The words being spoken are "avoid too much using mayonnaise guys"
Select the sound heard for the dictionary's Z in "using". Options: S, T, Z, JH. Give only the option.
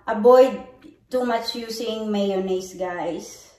S